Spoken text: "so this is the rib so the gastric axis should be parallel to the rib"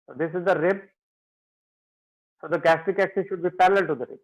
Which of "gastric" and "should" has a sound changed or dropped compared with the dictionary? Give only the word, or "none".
gastric